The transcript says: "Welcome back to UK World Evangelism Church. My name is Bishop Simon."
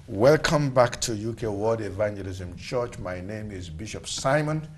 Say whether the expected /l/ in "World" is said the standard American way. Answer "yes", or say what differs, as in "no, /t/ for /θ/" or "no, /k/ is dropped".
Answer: no, /l/ is dropped